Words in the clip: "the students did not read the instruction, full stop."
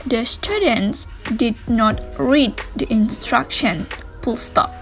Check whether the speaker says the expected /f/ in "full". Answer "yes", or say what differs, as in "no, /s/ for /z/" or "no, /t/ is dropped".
no, /p/ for /f/